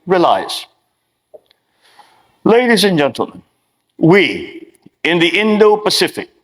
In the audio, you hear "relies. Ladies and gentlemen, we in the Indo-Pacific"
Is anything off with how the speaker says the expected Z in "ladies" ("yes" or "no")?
no